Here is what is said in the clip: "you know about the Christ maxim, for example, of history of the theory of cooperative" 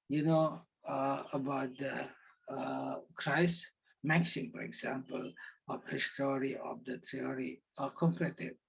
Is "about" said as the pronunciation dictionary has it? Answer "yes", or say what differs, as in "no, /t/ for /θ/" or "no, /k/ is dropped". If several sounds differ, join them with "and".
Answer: yes